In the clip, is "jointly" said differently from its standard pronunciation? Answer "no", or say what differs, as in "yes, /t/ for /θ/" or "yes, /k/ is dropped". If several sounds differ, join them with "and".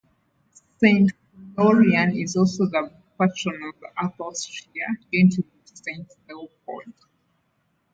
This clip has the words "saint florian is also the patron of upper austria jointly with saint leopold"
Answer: yes, /l/ is dropped